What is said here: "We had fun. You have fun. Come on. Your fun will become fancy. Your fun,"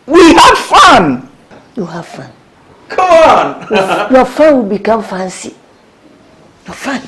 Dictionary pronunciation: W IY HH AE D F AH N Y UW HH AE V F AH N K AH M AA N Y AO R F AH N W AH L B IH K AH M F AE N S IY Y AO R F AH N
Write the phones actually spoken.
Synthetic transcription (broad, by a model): W IY HH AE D F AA N Y UW HH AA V F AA N K AH M AA N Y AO F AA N W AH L B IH K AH M F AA N S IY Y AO F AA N